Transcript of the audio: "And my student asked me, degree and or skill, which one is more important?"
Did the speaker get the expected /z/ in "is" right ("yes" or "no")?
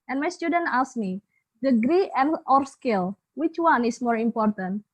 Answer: no